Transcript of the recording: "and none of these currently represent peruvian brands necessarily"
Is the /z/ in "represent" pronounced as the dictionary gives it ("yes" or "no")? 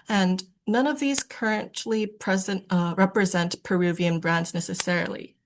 yes